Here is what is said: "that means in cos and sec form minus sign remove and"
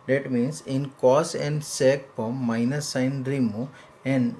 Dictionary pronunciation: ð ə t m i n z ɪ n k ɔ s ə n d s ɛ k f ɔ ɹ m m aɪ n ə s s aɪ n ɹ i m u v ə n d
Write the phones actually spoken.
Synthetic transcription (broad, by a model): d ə t m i n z ɪ n k ɔ s ə n d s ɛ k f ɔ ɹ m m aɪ n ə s s aɪ n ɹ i m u ə n d